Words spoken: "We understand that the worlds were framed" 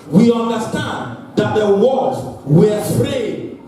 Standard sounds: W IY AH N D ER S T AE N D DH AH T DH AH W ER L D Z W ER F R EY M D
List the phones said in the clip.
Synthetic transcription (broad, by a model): W IY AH N D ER S T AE N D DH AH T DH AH W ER D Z W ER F R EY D